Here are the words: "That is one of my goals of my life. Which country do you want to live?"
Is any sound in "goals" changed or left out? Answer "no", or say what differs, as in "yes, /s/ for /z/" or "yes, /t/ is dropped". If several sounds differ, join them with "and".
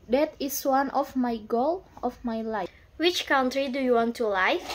yes, /z/ is dropped